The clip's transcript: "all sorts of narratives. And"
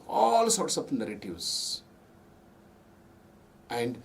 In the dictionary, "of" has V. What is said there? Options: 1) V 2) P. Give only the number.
2